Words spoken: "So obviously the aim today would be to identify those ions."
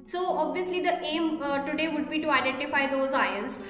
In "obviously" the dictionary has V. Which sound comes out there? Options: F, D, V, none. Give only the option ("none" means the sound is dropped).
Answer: V